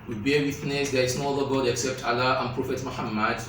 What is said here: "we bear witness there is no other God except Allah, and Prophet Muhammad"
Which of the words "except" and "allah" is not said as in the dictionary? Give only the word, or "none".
none